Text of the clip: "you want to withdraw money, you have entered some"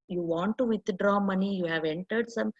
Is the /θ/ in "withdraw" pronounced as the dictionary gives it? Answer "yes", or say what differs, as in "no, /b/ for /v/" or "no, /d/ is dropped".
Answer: no, /t/ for /θ/